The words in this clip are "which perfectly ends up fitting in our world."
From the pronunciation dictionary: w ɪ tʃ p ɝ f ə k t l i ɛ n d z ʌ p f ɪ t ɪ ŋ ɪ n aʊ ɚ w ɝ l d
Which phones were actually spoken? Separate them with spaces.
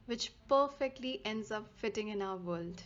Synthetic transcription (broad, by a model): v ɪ tʃ p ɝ f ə k t l i ɛ n d z ʌ p f ɪ t ɪ ŋ ɪ n aʊ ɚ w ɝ l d